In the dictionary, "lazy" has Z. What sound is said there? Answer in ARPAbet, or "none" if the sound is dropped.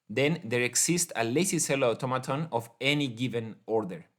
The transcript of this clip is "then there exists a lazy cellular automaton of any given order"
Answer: S